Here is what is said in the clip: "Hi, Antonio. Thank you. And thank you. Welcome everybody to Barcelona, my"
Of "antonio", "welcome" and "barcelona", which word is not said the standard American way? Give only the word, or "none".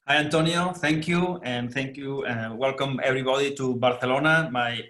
barcelona